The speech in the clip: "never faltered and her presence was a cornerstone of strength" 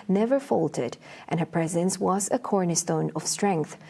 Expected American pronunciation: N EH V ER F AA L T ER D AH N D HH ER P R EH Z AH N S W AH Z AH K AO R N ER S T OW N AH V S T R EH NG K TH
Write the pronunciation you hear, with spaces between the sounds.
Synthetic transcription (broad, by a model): N EH V ER F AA L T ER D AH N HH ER P R EH Z AH N S W AH Z AH K AO R N ER S T OW N AH V S T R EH NG K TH